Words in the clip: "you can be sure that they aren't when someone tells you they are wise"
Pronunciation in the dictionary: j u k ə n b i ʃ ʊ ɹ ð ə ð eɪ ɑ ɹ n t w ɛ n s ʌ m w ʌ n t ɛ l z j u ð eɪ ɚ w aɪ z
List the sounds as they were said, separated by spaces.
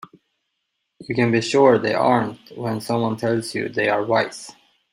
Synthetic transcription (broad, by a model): j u k ə n b i ʃ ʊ ɹ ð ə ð ɑ ɹ n t w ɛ n s ʌ m w ʌ n t ɛ l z j u ð eɪ ɚ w aɪ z